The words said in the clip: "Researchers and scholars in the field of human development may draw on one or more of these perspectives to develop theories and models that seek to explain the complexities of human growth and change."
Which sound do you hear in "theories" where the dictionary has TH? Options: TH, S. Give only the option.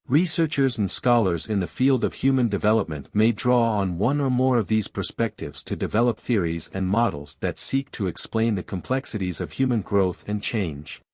TH